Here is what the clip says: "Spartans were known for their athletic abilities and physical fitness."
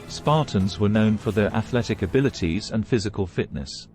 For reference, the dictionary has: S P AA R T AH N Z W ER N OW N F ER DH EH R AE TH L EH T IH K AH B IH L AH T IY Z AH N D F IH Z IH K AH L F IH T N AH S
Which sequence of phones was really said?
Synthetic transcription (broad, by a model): S P AA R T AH N Z W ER N OW N F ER DH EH R AE TH L EH T IH K AH B IH L AH T IY Z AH N F IH Z IH K AH L F IH T N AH S